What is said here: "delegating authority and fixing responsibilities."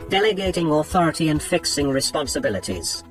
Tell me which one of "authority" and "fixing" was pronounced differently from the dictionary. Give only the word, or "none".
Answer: none